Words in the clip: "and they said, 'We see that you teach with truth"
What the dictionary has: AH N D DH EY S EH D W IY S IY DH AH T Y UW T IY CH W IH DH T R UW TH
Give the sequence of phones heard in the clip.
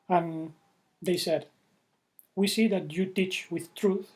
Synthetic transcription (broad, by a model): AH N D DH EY S EH D W IY S IY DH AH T Y UW T IY CH W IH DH T R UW TH